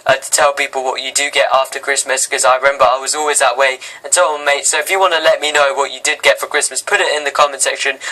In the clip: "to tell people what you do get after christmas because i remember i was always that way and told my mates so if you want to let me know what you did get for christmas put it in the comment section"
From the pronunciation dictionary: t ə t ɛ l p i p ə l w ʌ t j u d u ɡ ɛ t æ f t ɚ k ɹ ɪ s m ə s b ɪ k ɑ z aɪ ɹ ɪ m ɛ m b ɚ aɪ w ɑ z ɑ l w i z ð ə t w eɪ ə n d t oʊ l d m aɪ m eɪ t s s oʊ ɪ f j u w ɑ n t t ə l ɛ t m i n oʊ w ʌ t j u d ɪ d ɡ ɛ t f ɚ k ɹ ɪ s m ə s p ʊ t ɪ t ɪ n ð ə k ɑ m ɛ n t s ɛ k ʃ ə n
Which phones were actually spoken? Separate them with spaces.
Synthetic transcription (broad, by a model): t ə t ɛ l p i p ə l w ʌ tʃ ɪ d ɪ ɡ ɛ t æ f t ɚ k ɹ ɪ s m ə s k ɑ z aɪ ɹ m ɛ m b ɚ aɪ w ɑ z ɑ l w i z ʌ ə t w eɪ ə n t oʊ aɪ m eɪ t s s oʊ ɪ f j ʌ w ɑ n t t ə l ɛ t m i n oʊ w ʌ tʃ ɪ d ɪ d ɡ ɛ t f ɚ k ɹ ɪ s m ə s p ʊ t ɪ t ɪ n ð ə k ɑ m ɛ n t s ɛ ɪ ʃ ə n